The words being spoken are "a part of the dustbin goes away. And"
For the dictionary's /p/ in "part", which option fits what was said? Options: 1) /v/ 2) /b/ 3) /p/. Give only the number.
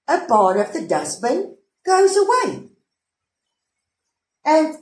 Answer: 2